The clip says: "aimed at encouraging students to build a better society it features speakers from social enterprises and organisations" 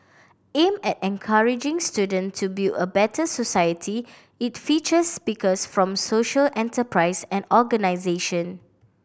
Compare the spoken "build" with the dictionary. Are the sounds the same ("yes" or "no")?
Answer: no